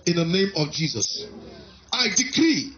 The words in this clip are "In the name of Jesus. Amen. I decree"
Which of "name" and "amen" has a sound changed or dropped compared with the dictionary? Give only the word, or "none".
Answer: amen